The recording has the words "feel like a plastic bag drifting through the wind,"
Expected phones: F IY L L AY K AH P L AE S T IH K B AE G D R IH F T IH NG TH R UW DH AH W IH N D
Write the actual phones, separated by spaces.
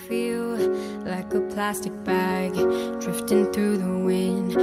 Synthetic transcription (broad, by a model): F IY L L AY K AH P L AE S T IH K B AE G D R IH F T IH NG TH R UW DH AH W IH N